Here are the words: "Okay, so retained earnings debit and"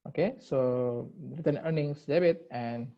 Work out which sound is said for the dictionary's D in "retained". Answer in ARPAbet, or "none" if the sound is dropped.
none